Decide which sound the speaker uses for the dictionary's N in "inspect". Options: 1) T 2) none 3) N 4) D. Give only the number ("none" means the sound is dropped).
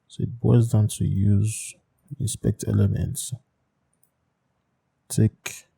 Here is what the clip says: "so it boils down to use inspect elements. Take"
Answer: 2